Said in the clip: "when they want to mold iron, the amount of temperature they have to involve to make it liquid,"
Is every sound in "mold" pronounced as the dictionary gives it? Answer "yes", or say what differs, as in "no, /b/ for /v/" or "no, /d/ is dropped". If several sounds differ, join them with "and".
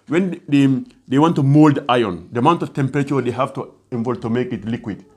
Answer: yes